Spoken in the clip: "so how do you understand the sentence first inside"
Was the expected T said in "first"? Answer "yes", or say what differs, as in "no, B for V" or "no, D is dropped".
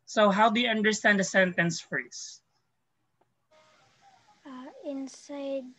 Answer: no, T is dropped